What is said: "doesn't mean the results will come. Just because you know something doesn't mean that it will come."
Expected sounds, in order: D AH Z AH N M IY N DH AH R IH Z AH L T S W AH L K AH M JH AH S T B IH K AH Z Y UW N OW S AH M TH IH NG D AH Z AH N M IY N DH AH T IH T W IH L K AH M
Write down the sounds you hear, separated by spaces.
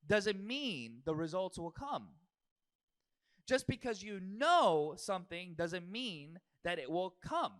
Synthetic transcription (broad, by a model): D AH Z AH N M IY N DH AH R IH Z AH L T S W AH L K AH M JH AH S B IH K AH Z Y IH N OW S AH M TH IH NG D AH Z AH N M IY N DH AH T IH T W IH L K AH M